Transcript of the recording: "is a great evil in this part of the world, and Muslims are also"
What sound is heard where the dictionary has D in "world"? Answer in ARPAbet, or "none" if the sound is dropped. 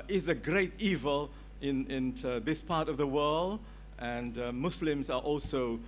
D